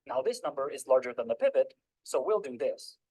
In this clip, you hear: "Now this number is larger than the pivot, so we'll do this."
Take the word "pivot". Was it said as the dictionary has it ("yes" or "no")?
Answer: yes